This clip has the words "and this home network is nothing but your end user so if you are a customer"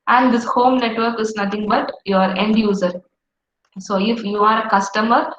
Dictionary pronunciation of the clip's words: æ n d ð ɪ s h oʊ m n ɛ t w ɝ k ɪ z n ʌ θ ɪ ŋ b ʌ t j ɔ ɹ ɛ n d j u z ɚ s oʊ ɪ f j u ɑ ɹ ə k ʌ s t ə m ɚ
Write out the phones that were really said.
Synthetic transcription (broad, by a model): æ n d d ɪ s h oʊ m n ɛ t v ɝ k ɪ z n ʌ t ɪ ŋ b ʌ t j ɔ ɹ ɛ n d j u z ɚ s oʊ ɪ f j u ɑ ɹ ə k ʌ s t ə m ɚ